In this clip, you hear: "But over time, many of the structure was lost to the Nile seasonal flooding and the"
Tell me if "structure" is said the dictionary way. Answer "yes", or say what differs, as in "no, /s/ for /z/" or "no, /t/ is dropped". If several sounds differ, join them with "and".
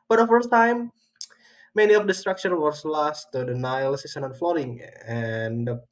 no, /ʃ/ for /tʃ/